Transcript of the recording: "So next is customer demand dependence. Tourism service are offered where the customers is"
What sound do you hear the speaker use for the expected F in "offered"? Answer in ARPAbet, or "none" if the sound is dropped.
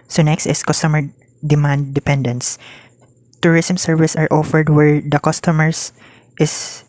F